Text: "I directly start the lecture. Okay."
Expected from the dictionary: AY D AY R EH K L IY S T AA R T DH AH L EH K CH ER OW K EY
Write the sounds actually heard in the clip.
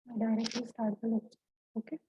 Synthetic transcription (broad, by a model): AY D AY R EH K IY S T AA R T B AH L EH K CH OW K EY